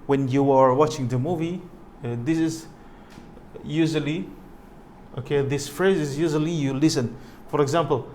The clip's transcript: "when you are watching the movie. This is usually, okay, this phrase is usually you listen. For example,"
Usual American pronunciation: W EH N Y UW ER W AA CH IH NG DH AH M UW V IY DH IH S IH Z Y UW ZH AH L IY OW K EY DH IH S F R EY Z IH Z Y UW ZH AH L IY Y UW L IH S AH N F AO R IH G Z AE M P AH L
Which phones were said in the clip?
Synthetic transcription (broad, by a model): W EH N Y UW ER W AA CH IH NG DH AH M UW V IY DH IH S IH Z Y UW ZH AH L IY OW K EY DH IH S F R EY Z IH Z Y UW ZH AH L IY Y UW L IH S AH N F AO R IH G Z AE M P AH L